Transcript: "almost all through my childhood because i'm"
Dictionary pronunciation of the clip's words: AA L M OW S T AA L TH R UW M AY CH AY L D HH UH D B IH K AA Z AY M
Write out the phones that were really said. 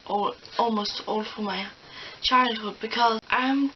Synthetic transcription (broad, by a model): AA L M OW S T AA L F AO M AY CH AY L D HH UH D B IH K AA AY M